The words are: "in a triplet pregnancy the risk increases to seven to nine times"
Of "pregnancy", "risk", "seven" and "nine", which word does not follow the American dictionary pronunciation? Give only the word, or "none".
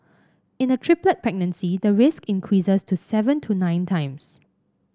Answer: none